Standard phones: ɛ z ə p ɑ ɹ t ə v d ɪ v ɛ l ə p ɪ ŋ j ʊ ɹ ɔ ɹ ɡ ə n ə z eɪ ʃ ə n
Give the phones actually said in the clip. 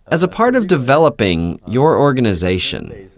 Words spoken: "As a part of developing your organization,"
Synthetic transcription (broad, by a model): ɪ z ə p ɑ ɹ t ə v d ɪ v ɛ l ə p ɪ ŋ j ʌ ɹ ɔ ɹ ɡ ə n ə z eɪ ʃ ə n